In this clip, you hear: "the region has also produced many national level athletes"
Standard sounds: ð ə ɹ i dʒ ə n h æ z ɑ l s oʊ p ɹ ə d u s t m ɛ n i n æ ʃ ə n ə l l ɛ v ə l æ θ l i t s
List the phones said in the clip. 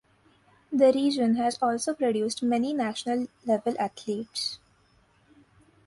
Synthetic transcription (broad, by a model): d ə ɹ i dʒ ə n h æ z ɑ l s oʊ p ɹ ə d u s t m ɛ n i n æ ʃ ə n ə l l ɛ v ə l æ t l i t s